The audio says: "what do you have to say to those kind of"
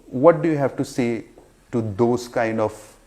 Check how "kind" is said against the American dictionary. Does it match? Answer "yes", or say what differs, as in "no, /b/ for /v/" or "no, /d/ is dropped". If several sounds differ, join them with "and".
yes